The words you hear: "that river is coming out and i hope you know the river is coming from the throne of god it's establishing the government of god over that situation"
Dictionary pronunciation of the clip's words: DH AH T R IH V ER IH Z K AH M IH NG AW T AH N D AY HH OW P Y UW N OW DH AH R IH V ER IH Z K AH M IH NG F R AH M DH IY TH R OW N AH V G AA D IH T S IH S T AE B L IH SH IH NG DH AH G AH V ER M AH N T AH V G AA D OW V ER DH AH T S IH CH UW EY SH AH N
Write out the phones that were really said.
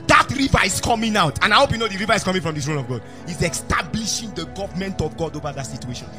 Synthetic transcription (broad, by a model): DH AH T R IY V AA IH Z K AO M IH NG AW T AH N AY HH OW P Y UW N OW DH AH R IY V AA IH S K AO M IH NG F R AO M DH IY S R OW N AH V G AA D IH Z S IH S T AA B L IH SH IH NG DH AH G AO V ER M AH N T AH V G AA D OW V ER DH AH T S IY CH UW EY SH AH N